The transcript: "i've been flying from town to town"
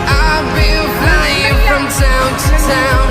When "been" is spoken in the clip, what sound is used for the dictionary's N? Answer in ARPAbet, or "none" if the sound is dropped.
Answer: L